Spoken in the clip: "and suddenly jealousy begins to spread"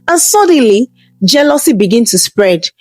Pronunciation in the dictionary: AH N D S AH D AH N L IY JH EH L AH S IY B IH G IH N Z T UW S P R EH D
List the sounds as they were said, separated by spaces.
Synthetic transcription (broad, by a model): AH N S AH D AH N L IY JH EH L AH S IY B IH G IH N T UW S P R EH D